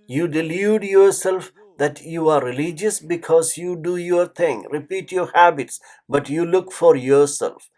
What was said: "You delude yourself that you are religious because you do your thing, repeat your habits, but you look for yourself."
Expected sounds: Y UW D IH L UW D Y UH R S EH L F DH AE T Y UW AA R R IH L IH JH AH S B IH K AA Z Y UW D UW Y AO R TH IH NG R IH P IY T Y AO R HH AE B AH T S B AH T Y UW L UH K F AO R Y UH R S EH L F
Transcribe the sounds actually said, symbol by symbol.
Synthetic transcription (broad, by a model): Y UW D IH L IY D Y UH R S EH L F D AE T Y UW AA R R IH L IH JH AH S B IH K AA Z Y UW D UW Y AO R T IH NG R IH P IY T Y AO R HH AE B AH T S B AH T Y UW L UH K F AO R Y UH R S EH L F